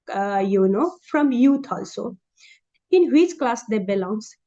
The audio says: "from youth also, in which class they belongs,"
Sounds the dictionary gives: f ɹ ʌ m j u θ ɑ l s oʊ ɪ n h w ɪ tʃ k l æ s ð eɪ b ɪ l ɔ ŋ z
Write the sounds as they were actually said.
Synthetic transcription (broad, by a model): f ɹ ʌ m j u t ɑ l s oʊ ɪ n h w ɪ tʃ k l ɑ s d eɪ b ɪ l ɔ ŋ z